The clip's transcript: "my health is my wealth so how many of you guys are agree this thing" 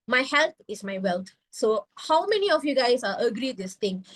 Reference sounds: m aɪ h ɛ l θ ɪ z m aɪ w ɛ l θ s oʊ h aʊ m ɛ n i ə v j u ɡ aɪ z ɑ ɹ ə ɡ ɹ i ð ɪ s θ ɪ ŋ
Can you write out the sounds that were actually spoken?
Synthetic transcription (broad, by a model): m aɪ h ɛ l t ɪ s m aɪ w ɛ l t s oʊ h aʊ m ɛ n i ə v j u ɡ aɪ s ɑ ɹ ə ɡ ɹ i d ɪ s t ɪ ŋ